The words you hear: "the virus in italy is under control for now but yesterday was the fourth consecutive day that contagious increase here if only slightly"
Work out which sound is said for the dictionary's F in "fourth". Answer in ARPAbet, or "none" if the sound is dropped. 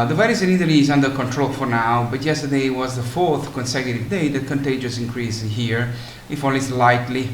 F